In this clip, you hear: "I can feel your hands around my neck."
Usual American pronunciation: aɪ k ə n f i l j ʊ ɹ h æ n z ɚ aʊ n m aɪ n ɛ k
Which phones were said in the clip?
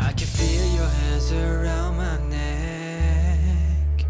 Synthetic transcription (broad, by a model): aɪ k ə n f i l j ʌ ɹ h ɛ z ɚ aʊ n m aɪ n ɛ k